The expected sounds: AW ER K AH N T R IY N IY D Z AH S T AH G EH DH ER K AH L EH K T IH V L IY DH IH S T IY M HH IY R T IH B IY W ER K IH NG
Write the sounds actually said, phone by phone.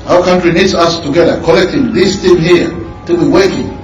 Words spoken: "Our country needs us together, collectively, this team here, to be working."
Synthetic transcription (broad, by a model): AW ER K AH N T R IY N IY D S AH S T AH G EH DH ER K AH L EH K T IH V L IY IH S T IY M HH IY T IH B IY W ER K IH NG